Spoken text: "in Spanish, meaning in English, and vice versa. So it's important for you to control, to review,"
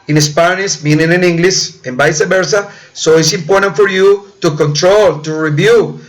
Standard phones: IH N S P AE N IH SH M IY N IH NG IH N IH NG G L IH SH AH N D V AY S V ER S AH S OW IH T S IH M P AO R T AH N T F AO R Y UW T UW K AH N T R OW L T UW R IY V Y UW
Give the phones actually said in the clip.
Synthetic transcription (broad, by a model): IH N S P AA N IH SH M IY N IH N IH N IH NG G L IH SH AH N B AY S B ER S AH S OW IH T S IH M P AO R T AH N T F AO R Y UW T UW K AH N T R OW L T UW R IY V Y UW